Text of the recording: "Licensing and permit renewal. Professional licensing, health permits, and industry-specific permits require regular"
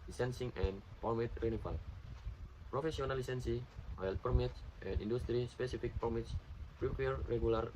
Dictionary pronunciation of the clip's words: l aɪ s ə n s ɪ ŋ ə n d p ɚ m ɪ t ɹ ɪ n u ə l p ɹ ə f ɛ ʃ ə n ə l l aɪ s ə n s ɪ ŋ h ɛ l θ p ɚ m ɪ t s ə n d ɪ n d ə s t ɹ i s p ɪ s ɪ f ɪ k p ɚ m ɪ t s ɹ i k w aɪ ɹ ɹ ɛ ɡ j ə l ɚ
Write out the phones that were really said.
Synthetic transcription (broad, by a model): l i s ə n s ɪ ŋ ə n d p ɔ m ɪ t ɹ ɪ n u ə l p ɹ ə f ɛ s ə n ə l l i s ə n s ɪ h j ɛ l t p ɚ m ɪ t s ə n d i n d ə s t ɹ i s p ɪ s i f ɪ k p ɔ m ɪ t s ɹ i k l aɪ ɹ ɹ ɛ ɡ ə l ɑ